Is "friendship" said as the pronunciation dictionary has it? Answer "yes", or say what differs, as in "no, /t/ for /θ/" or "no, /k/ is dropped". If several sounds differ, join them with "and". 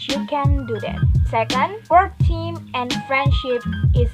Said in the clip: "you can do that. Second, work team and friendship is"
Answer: yes